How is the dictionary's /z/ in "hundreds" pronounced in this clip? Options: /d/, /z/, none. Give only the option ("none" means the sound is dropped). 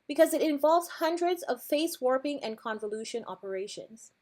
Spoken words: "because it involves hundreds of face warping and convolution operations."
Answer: /z/